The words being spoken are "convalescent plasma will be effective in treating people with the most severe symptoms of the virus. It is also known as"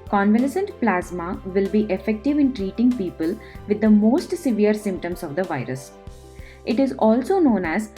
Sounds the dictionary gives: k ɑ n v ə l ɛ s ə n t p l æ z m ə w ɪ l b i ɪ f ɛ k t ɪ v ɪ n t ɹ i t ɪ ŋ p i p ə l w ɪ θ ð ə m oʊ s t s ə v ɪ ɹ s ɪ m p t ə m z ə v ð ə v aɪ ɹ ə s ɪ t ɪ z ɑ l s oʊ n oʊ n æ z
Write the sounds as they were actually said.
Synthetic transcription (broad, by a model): k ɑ n v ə l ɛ s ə n t p l æ z m ə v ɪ l b i ɪ f ɛ k t ɪ v ɪ n t ɹ i t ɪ ŋ p i p ə l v ɪ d ə m oʊ s t s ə v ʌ ɹ s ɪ m p t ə m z ə v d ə v aɪ ɹ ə s ɪ t ɪ z ɑ l s oʊ n oʊ n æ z